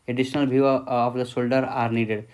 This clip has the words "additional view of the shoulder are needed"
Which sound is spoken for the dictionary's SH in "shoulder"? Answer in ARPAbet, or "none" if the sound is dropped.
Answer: S